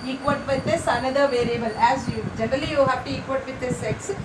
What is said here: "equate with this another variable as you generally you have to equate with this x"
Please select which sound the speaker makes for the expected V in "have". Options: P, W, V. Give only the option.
P